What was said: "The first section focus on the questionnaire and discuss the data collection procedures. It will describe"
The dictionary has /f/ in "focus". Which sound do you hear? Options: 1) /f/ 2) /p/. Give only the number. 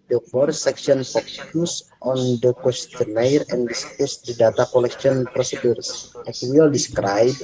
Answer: 2